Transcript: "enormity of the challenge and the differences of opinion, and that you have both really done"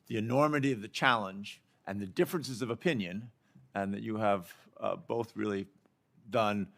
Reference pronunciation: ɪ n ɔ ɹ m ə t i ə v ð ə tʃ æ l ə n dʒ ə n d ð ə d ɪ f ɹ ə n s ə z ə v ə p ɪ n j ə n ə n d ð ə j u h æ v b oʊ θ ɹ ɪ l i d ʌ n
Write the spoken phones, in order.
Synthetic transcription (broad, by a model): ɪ n ɔ ɹ m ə t i ə v ð ə tʃ æ l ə n dʒ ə n ð ə d ɪ f ɹ ə n s ə z ə v ə p ɪ n j ə n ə n ð ə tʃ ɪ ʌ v b oʊ θ ɹ ɪ l i d ʌ n